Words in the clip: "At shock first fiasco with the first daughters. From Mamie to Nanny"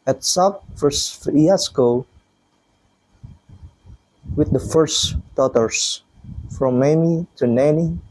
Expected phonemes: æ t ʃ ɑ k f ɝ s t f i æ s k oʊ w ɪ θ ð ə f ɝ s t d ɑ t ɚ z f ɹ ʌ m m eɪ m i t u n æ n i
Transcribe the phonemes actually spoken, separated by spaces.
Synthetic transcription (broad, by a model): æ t s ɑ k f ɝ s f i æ s k oʊ w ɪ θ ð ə f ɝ s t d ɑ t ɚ s f ɹ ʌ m m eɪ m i t u n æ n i